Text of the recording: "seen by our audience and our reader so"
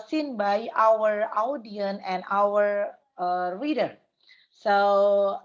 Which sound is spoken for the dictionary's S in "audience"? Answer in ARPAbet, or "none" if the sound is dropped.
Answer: none